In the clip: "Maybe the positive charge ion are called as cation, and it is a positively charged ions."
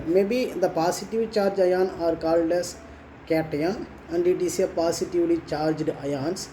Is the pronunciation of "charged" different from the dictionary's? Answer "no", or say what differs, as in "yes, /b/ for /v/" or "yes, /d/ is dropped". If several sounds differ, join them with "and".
no